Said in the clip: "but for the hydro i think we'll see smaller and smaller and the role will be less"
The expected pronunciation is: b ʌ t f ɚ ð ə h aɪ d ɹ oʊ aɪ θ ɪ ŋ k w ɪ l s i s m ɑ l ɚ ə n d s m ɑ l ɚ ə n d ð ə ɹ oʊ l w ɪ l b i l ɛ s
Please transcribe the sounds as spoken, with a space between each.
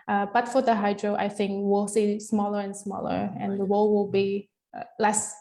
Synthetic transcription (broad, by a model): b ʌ t f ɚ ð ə h aɪ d ɹ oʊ aɪ θ ɪ ŋ k w ɪ l s i s m ɑ l ɚ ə n s m ɑ l ɚ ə n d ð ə w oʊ l w ɪ l b i l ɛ s